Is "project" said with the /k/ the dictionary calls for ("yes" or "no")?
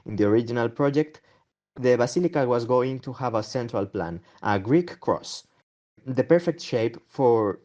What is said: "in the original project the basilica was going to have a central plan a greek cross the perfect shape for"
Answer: yes